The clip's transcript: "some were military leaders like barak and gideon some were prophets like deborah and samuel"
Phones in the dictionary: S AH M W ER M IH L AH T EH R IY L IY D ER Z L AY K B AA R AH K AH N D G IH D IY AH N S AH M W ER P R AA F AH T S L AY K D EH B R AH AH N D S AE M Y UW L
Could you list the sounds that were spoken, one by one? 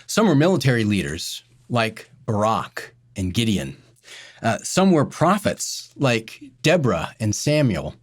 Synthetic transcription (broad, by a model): S AH M W ER M IH L AH T EH R IY L IY D ER Z L AY K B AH R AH K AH N G IH D IY AH N S AH M W ER P R AA F AH T S L AY K D EH B R AH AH N S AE M Y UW L